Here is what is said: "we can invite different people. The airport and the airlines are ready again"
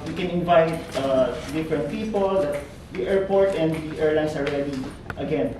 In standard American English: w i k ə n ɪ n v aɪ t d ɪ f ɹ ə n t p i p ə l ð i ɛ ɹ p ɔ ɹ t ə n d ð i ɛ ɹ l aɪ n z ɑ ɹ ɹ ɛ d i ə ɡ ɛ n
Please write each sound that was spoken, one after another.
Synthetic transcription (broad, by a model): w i k ə n ɪ n v aɪ t d ɪ f ɹ ə n t p i p ə l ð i ɛ ɹ p ɔ ɹ t ə n d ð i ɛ ɹ l aɪ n s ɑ l ɹ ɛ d i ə ɡ ɛ n